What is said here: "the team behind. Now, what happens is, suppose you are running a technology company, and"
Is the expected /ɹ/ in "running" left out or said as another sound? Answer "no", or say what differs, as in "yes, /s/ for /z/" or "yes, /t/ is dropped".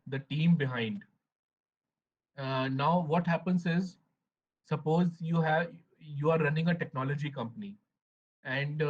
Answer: no